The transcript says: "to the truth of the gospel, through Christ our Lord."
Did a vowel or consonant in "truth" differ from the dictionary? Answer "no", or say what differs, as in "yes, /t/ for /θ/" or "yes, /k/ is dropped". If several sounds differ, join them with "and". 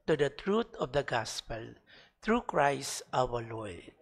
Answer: yes, /t/ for /θ/